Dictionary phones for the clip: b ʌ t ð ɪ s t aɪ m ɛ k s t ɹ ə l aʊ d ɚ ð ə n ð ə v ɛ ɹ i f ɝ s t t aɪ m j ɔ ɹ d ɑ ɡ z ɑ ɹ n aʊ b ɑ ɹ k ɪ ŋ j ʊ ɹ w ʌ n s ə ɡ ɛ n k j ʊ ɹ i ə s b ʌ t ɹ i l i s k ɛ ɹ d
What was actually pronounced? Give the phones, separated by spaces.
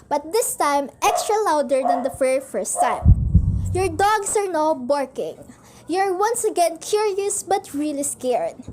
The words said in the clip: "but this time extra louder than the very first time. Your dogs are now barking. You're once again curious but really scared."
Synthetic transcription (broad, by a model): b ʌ t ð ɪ s t aɪ m ɛ k s t ɹ ə l aʊ d ɚ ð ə n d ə f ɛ ɹ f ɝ s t t aɪ m j ɔ ɹ d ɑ ɡ s ɑ ɹ n aʊ b ɑ ɹ k ɪ ŋ j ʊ ɹ w ʌ n s ə ɡ ɛ n k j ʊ ɹ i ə s b ʌ t ɹ i l i s k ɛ ɹ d